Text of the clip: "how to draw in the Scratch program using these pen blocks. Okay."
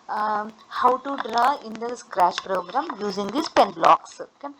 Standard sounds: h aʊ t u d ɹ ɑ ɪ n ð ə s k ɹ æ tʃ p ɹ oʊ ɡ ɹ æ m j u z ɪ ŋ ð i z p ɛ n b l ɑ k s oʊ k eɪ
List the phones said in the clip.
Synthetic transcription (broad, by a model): h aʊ t u d ɹ ɑ ɪ n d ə s k ɹ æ ʃ p ɹ oʊ ɡ ɹ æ m j u z ɪ ŋ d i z p ɛ n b l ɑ k s oʊ k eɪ